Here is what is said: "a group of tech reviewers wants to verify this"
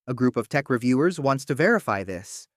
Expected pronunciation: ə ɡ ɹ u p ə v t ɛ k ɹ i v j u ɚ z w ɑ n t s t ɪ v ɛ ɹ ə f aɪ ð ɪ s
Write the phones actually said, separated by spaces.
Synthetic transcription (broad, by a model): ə ɡ ɹ u p ə v t ɛ k ɹ i v j u ɚ z w ɑ n t s t ɪ v ɛ ɹ ə f aɪ ð ɪ s